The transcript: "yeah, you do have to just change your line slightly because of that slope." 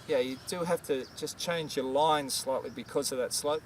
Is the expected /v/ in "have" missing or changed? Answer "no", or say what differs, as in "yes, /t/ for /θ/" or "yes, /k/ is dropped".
yes, /f/ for /v/